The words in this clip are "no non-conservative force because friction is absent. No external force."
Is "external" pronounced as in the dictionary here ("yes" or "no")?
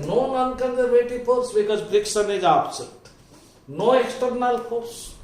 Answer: yes